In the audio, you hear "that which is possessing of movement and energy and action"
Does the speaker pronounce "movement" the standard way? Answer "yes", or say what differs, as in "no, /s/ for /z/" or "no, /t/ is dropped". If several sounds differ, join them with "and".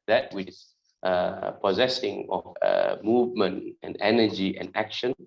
yes